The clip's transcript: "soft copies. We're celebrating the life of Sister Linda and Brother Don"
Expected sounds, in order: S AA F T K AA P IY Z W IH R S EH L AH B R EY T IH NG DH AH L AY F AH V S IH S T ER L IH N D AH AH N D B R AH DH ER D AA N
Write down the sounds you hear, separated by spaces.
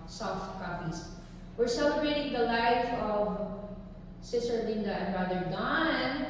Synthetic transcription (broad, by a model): S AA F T K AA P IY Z W IH R S EH L AH B R EY T IH NG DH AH L AY F AH V S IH S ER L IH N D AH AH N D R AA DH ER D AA N